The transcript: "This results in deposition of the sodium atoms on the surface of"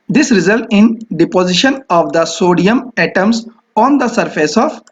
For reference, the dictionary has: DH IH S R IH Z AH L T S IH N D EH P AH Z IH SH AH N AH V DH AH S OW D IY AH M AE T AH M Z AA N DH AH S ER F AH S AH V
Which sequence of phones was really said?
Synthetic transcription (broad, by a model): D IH S R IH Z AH L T IH N D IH P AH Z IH SH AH N AH V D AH S OW D IY AH M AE T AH M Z AA N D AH S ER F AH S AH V